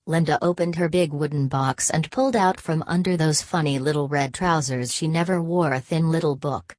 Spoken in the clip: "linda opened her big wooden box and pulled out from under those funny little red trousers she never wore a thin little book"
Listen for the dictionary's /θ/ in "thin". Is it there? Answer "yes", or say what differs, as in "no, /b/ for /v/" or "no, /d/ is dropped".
yes